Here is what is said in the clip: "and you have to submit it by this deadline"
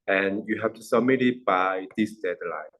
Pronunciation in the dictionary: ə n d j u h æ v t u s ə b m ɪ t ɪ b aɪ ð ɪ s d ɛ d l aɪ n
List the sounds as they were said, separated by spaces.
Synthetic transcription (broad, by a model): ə n j u h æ f t u s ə m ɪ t ɪ b aɪ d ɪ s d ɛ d l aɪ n